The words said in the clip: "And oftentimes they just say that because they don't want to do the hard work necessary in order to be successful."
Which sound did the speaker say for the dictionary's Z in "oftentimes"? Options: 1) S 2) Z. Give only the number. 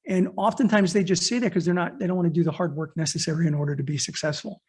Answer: 2